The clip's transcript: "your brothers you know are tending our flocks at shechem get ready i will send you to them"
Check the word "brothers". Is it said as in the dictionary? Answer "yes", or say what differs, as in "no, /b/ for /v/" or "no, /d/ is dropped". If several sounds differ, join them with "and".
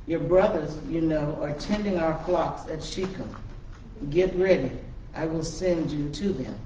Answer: yes